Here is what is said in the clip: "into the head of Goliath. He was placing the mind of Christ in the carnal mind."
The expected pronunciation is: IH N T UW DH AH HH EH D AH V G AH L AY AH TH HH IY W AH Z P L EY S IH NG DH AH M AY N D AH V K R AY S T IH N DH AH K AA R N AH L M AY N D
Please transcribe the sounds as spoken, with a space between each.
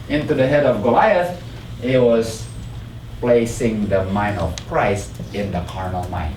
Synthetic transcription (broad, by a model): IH N T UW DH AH HH EH D AH V G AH L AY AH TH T W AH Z P L EY S IH NG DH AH M AY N AH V K R AY S T IH N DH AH K AA R N AH L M AY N